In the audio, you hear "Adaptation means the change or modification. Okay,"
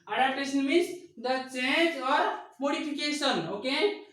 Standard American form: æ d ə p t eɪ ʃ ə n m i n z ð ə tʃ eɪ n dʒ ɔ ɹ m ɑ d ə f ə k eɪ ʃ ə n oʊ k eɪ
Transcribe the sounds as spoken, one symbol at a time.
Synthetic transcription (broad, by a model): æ d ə p t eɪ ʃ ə n m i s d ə tʃ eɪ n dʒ ɔ ɹ m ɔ d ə p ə k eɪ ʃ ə n oʊ k eɪ